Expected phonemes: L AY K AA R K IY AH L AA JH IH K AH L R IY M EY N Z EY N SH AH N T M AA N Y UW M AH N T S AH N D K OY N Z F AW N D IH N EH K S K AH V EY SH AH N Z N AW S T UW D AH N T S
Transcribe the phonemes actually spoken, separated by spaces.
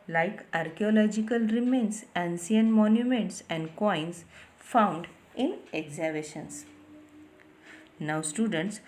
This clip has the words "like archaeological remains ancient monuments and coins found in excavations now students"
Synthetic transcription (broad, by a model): L AY K AA R K IY AH L AA JH IH K AH L R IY M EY N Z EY N S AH N M AA N Y UW M AH N T S AH N D K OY N S F AW N D IH N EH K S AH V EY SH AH N S N AW S T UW D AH N T S